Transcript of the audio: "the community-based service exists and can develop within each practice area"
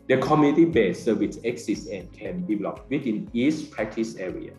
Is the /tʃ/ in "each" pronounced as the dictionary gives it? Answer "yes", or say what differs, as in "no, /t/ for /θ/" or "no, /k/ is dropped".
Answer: no, /s/ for /tʃ/